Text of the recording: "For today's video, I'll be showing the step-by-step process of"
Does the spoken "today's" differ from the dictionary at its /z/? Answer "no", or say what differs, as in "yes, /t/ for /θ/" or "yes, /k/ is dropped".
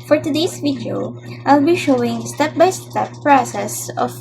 yes, /s/ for /z/